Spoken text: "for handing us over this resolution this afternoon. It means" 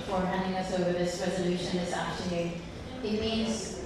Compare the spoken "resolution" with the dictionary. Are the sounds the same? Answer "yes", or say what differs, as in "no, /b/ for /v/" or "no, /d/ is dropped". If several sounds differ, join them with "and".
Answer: yes